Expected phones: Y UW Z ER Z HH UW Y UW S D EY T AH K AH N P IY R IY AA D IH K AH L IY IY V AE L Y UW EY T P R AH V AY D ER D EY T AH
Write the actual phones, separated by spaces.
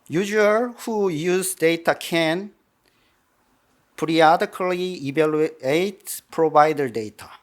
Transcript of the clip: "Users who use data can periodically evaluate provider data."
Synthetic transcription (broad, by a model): Y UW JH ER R HH UW Y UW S D EY T AH K AH N P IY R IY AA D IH K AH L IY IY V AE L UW EY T P R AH B AY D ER D EY T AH